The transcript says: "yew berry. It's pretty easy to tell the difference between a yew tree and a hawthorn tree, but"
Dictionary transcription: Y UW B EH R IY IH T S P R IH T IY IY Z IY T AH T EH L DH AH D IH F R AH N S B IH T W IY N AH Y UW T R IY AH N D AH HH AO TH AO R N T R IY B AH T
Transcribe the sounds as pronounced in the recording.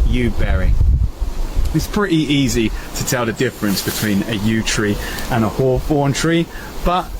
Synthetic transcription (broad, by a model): Y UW B EH R IY IH T S P R IH T IY IY Z IY T AH T EH L DH AH D IH F R AH N S B IH T W IY N AH Y UW T R IY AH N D AH HH AO F AO N T R IY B AH T